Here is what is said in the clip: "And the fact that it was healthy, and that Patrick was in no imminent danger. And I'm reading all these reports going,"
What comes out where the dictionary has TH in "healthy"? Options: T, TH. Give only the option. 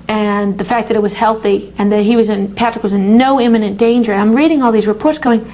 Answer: TH